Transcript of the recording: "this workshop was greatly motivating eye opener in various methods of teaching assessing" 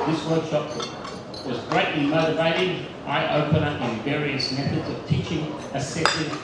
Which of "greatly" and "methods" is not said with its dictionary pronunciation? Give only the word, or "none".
none